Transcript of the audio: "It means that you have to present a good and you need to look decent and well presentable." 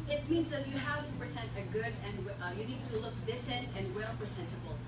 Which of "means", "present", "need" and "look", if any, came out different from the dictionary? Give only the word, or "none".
none